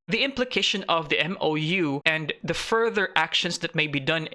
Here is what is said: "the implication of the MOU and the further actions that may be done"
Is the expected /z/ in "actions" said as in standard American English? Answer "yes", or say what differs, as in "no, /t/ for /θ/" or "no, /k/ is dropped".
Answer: no, /s/ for /z/